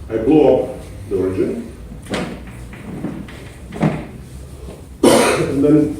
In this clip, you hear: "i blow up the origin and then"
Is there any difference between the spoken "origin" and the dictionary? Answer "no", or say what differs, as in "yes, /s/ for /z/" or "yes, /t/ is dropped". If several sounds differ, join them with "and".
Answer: no